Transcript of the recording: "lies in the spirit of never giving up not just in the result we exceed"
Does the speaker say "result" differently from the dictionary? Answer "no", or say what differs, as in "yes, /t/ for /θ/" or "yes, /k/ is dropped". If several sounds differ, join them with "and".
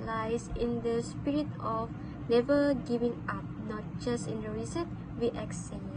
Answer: yes, /s/ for /z/ and /l/ is dropped